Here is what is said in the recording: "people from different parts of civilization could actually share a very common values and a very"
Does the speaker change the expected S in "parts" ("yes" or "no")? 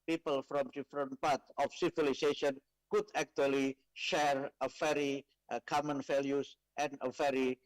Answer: yes